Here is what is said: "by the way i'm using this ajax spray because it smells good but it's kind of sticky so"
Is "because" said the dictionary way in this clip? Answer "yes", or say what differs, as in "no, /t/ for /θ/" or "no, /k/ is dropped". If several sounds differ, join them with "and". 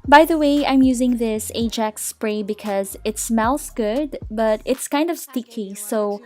yes